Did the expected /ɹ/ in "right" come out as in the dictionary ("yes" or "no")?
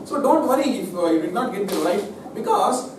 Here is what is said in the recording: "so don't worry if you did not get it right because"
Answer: no